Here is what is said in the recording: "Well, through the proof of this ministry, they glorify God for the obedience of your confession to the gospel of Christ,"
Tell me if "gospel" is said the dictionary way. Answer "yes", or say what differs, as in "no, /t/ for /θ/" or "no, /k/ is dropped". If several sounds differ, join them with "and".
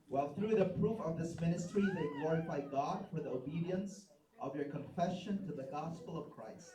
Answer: yes